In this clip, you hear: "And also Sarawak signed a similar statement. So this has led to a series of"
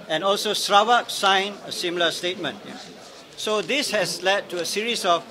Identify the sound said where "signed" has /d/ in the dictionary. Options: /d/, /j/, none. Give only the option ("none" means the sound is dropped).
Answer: none